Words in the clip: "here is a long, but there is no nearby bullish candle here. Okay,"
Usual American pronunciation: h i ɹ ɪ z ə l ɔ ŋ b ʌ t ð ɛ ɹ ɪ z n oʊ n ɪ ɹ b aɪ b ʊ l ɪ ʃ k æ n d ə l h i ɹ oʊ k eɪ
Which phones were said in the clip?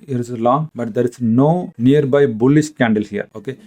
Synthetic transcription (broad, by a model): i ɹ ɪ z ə l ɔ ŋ b ʌ t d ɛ ɹ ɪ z n oʊ n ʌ ɹ b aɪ b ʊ l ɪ s k æ n d ə l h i ɹ oʊ k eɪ